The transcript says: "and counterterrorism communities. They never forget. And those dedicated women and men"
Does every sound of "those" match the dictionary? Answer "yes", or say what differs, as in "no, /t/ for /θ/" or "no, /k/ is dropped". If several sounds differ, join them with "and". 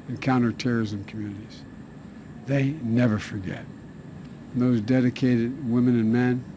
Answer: yes